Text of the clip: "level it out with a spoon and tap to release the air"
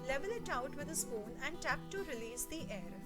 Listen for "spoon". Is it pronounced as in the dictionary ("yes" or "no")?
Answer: no